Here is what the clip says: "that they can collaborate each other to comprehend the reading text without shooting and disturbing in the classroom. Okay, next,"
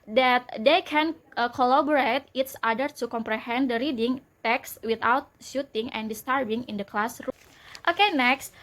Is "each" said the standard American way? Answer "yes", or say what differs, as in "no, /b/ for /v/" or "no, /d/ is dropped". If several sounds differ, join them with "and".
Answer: no, /s/ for /tʃ/